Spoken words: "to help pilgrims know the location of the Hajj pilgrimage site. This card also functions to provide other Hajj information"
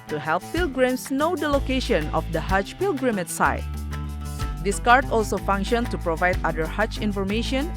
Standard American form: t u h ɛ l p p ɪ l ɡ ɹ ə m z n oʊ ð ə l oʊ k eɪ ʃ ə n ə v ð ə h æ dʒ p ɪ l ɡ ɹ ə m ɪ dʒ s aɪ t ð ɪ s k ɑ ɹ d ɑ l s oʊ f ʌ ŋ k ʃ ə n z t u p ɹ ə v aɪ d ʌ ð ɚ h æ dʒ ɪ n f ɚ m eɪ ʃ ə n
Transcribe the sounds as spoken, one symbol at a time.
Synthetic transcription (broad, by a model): t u h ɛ l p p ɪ l ɡ ɹ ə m s n oʊ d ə l oʊ k eɪ ʃ ə n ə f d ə h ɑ tʃ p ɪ l ɡ ɹ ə m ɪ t s aɪ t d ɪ s k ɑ ɹ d ɑ l s oʊ f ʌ ŋ k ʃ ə n s t u p ɹ ə v aɪ d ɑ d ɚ h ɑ tʃ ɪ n f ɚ m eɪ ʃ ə n